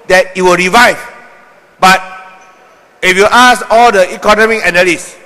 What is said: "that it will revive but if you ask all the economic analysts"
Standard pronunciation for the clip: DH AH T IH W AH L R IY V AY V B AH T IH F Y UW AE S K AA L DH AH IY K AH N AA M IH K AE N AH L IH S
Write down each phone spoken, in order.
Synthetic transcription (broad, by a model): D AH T IH W AH L R IY V AY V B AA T IH F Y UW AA S AA L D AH IY K AH N AA M IH K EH N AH L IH S